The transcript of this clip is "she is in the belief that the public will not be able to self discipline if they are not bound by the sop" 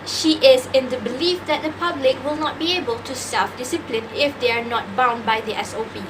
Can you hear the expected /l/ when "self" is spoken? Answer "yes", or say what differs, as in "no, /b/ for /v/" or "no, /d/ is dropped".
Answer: no, /l/ is dropped